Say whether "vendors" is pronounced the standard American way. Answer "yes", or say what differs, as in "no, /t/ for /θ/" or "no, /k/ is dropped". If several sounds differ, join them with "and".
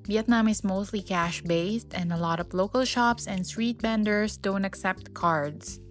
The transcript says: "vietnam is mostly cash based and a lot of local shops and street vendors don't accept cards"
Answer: no, /b/ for /v/ and /s/ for /z/